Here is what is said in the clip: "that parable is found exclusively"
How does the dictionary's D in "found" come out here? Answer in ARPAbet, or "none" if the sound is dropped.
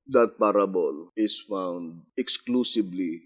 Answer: D